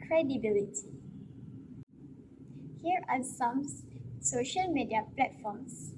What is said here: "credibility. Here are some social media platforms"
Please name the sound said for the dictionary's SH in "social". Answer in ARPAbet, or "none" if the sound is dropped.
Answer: SH